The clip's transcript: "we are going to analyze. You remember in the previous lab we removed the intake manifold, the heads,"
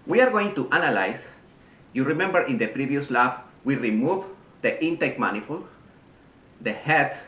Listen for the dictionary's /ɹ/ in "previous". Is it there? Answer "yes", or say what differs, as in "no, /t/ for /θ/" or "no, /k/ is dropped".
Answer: yes